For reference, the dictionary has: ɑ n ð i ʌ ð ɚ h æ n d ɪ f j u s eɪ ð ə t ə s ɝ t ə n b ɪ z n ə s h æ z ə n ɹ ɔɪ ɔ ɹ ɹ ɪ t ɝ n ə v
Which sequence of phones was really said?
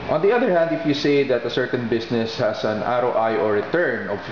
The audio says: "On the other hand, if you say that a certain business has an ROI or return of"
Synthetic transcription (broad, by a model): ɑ n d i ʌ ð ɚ h æ n d ɪ f j u s eɪ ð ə t ə s ɝ t ə n b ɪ s n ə s h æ s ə n ɹ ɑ ɔ ɹ ɹ ɪ t ɝ n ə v